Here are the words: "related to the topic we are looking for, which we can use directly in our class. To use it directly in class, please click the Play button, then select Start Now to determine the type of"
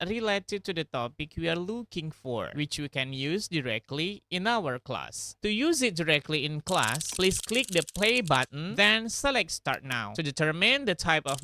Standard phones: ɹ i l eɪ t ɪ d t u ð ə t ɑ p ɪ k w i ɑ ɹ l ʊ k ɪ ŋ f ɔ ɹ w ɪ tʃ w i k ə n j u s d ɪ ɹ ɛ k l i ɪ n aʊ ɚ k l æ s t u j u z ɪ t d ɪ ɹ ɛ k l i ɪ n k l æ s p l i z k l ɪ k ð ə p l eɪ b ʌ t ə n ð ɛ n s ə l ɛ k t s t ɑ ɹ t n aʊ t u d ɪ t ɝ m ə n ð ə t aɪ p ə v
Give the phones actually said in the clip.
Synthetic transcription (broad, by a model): ɹ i l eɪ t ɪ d t u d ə t ɑ p ɪ k w i ɑ ɹ l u k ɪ ŋ f ɔ ɹ w ɪ tʃ w i k ə n j u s d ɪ ɹ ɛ k l i ɪ n aʊ ɚ k l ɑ s t u j u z ɪ t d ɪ ɹ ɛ k l i ɪ n k l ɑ s p l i s k l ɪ k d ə p l eɪ b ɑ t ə n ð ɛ n s ə l ɛ k t s t ɑ ɹ t n aʊ t u d ɪ t ɝ m ə n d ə t aɪ p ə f